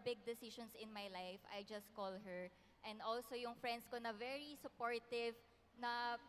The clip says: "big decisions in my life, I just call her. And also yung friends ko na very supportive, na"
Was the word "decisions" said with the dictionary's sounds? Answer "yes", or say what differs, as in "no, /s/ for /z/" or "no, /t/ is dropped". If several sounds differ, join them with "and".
no, /ʃ/ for /ʒ/ and /s/ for /z/